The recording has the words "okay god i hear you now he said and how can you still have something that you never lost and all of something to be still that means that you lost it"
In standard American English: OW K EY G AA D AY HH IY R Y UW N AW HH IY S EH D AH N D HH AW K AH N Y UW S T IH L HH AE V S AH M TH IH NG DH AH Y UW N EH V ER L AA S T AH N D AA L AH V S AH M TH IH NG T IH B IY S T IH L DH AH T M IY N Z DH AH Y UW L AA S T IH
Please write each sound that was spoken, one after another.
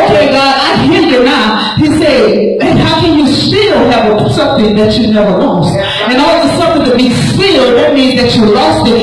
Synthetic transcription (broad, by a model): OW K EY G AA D AY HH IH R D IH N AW HH IY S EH AH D HH AW K AH N Y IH S T IH L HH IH V S AH M TH IH NG DH AH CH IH N EH V ER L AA S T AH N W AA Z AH S AH M TH IH NG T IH B IY S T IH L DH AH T M IY N Z DH AH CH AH L AA S T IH